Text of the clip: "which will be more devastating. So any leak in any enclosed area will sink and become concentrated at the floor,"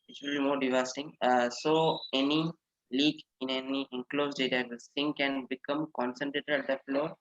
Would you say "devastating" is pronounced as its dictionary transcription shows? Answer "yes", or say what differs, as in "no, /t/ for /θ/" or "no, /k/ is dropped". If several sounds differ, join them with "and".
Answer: no, /s/ is dropped